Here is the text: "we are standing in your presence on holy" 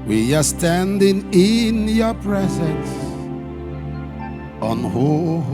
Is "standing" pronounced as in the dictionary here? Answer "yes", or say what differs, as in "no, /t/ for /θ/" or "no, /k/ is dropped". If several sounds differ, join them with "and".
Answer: yes